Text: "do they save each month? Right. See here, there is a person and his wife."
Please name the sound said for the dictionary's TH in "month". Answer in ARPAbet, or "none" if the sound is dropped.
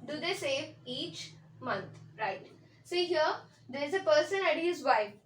T